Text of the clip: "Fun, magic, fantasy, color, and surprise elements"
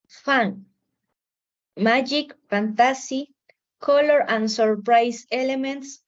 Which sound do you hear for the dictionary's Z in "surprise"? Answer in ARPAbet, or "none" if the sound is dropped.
S